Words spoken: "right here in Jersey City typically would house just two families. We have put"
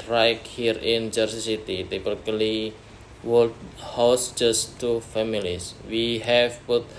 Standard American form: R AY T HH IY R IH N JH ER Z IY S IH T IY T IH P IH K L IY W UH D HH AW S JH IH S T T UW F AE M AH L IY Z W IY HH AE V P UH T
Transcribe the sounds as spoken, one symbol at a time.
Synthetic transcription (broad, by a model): R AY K HH IY R IH N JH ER S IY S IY T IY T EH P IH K L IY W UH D HH AW S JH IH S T T UW F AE M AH L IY S W IY HH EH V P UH T